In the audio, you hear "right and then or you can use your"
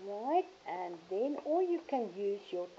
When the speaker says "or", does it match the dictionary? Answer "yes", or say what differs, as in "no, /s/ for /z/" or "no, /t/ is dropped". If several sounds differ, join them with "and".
no, /l/ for /ɹ/